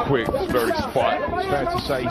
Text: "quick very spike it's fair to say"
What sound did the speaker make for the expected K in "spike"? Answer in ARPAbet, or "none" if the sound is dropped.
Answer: none